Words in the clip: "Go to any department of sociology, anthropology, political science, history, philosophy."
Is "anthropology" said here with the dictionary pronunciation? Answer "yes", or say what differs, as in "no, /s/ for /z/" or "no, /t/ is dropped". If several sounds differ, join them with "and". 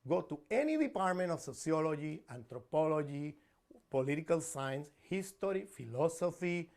no, /t/ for /θ/